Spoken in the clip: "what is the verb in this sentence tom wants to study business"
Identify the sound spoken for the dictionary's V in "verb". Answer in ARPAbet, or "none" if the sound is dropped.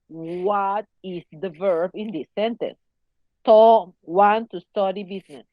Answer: V